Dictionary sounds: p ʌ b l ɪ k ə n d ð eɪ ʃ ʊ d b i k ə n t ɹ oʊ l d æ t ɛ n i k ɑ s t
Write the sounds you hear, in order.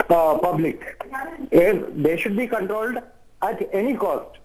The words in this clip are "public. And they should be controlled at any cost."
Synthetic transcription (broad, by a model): p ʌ b l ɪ k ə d d eɪ ʃ ʊ d b i k ə n t ɹ oʊ l d æ t ɛ n i k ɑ s t